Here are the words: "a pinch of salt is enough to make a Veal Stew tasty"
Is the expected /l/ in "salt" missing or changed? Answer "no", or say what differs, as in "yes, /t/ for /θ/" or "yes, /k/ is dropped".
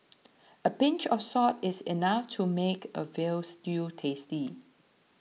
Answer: yes, /l/ is dropped